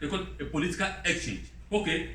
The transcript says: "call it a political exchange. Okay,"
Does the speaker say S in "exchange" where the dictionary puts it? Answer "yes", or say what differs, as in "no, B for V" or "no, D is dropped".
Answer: yes